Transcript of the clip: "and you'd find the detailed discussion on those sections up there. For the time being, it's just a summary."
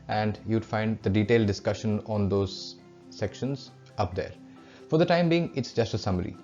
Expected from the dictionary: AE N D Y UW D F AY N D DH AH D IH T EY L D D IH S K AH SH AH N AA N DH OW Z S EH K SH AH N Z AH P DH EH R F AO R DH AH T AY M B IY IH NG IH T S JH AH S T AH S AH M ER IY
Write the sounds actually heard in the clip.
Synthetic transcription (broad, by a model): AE N D Y UW D F AY N D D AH D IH T EY L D D IH S K AH SH AH N AA N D OW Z S EH K SH AH N Z AH P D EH R F AO R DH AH T AY M B IY IH NG IH T S JH AH S T AH S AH M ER IY